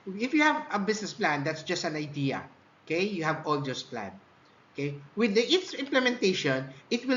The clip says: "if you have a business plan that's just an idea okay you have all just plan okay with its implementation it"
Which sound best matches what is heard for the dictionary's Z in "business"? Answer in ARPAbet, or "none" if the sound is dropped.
S